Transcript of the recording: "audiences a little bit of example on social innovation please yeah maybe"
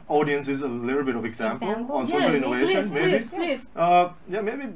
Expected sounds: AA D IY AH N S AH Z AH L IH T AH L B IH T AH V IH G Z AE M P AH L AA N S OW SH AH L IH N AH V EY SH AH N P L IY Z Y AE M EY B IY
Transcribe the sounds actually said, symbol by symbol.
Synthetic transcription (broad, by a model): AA D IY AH N S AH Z AH L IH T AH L B IH T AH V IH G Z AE M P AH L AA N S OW AH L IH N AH W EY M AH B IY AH Y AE M EY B IY